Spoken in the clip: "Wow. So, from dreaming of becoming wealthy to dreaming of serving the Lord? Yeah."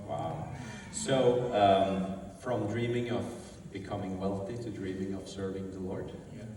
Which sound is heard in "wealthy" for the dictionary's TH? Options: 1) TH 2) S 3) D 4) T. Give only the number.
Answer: 1